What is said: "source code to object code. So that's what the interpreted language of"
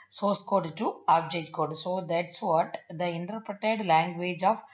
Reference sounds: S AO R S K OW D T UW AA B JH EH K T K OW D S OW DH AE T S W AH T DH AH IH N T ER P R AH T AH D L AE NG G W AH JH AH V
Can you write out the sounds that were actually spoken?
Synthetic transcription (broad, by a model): S AO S K OW D T UW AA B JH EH T K OW D S OW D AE T S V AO T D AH IH N T ER P R AH T AH D L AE NG G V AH JH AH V